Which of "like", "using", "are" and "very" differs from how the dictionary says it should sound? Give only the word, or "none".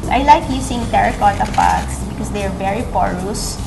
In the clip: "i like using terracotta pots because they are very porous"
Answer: using